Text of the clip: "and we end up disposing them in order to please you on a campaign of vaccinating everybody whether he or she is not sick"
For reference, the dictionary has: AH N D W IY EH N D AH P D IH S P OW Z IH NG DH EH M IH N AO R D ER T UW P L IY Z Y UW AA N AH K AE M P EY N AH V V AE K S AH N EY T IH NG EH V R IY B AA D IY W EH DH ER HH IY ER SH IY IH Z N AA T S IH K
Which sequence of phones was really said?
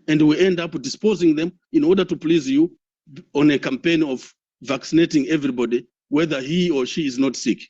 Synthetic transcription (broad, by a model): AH N D W IY EH N D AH P D IH S P OW Z IH NG DH EH M IH N AO R D ER T UW P L IY Z Y UW AA N AH K AE M P EY N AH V V AE K S AH N EY T IH NG EH V R IY B AA D IY W EH DH ER HH IY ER SH IY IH Z N AA T S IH K